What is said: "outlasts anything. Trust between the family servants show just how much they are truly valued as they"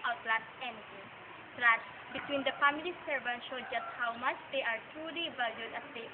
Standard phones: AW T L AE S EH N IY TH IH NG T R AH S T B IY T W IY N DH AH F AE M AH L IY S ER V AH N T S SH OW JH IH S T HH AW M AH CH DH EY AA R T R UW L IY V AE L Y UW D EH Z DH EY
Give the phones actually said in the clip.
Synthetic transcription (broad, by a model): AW T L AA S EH N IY T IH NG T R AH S B IY T W IY N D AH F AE M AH L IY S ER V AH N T SH OW JH IH S T HH AW M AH CH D EY AA R T R UW L IY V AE L Y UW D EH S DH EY